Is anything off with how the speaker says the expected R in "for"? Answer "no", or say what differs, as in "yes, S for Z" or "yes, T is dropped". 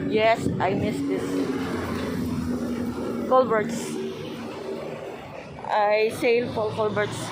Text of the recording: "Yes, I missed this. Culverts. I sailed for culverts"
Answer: yes, L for R